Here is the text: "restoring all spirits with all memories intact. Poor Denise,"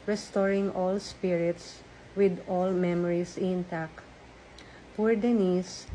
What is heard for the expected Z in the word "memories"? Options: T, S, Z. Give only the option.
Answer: S